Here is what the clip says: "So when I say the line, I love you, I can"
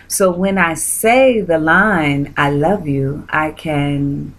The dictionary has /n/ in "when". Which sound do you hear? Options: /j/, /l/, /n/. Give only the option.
/n/